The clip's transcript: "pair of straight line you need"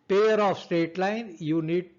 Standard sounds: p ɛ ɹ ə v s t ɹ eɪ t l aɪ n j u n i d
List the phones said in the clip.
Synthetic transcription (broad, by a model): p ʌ ɹ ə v s t eɪ t l aɪ n j u n i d